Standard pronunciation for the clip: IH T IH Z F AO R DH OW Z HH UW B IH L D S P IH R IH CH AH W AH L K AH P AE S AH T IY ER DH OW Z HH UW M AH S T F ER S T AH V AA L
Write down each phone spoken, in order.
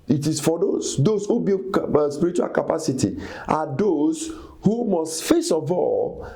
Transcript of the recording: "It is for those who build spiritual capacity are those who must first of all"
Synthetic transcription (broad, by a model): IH T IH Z F AO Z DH OW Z HH UW B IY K S P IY R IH CH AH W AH L K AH P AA S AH T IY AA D OW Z HH UW M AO S T F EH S AH V AA L